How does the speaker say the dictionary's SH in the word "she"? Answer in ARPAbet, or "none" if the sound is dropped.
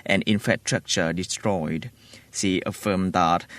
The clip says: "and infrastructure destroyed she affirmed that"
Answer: S